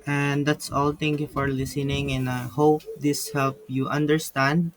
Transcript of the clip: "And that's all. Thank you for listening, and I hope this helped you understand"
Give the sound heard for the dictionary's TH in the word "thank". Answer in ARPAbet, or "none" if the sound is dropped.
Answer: T